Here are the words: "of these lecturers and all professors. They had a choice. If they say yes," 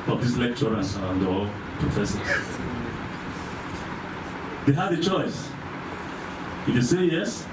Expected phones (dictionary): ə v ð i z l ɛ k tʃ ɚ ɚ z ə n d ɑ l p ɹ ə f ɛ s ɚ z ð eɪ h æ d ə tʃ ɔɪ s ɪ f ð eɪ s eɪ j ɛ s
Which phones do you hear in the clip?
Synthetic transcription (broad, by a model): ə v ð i s l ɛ k tʃ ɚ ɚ s ə n d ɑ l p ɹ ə f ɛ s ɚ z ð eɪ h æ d ə tʃ ɔɪ s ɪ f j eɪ s eɪ j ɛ s